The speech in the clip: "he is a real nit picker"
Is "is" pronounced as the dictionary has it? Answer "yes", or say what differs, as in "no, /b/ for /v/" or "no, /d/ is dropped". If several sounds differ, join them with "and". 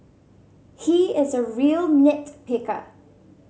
yes